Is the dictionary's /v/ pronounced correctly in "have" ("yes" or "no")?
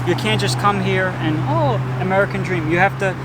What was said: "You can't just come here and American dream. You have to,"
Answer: no